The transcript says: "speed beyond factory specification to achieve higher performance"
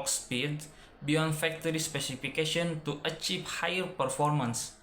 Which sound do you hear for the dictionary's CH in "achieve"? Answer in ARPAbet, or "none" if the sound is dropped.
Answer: CH